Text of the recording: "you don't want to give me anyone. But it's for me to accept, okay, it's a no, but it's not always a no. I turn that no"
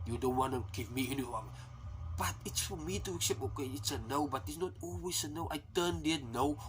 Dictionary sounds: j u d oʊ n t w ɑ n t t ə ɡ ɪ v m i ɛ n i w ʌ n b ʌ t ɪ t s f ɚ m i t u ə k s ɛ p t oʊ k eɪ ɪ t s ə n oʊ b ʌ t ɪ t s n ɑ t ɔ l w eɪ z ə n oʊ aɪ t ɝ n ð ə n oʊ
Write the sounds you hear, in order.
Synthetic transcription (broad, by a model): j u d oʊ n t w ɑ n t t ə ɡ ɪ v m i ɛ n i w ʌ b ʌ t ɪ t s f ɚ m i t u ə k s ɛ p oʊ k eɪ ɪ t s ə n oʊ b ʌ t ɪ t s n ɑ t ɔ l w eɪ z ə n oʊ aɪ t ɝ n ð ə n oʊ